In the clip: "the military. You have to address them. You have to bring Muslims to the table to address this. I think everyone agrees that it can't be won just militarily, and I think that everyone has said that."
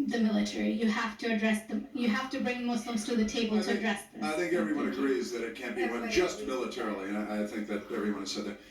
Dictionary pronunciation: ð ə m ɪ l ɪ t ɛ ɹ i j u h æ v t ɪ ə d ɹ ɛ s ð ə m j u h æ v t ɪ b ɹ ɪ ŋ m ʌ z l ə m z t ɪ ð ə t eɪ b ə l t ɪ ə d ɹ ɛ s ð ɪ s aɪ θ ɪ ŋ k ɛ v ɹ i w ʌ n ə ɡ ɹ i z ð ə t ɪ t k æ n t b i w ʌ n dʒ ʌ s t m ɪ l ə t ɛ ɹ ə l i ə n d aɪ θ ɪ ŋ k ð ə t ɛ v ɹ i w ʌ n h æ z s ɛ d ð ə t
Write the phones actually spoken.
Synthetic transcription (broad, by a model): ð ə m ɪ l ɪ t ɛ ɹ i j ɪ h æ f t ɪ ə d ɹ ɛ s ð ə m j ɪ h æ f t ɪ b ɹ ɪ ŋ m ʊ s l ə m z t ɪ ð ə t eɪ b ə l t ɪ ə d ɹ ɛ s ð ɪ aɪ θ ɪ ŋ k ɛ v ɹ i w ʌ n ə ɡ ɹ i z ð ə t ɪ t k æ n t b i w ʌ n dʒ ʌ s t m ɪ l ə t ɛ ɹ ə l i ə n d aɪ θ ɪ ŋ k ð ə t ɛ v ɹ i w ʌ n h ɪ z s ɛ d ð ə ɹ